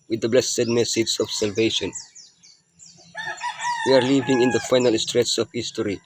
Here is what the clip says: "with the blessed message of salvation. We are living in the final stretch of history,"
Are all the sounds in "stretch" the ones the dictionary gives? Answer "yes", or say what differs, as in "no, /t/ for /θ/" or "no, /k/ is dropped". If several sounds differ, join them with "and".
no, /s/ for /tʃ/